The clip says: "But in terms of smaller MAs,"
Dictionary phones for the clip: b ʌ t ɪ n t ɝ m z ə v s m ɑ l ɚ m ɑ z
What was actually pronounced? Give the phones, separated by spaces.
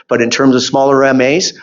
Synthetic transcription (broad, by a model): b ʌ t ɪ n t ɝ m z ə v s m ɑ l ɚ m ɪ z